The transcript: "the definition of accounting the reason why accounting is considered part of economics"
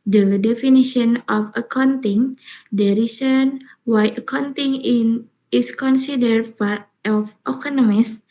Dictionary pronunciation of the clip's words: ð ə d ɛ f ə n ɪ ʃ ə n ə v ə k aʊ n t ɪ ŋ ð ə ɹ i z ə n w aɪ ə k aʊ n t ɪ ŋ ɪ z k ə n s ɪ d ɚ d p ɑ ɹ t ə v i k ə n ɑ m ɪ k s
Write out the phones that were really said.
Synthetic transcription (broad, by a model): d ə d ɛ f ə n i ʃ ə n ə f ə k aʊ n t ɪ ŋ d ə ɹ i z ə n w aɪ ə k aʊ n t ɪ ŋ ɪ s k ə n s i d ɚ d f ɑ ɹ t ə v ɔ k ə n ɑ m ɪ s